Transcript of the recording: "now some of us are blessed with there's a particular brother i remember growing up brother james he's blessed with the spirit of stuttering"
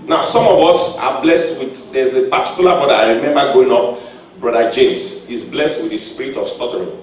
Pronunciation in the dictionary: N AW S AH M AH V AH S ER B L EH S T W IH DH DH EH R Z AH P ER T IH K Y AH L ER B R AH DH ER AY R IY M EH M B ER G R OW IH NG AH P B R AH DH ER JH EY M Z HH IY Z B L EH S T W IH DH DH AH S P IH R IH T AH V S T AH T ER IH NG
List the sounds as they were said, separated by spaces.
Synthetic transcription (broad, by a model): N AW S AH M AH V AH S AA B L EH S T W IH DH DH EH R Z AH P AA T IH K Y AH L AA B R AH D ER AY R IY M EH M B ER G OW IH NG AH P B R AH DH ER JH EY M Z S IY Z B L EH S T W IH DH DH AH S P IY R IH T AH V S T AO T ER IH